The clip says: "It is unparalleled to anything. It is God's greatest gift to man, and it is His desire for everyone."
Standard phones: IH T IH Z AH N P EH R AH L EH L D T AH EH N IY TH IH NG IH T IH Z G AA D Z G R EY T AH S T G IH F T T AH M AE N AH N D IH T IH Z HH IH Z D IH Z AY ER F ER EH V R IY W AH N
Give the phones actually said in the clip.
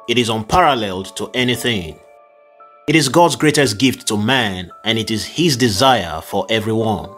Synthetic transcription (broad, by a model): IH T IH Z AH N P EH R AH L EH L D T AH EH N IY TH IH NG IH T IH Z G AA D Z G R EY T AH S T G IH F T T AH M AE N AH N IH T IH Z HH IH Z D IH Z AY ER F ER EH V R IY W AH N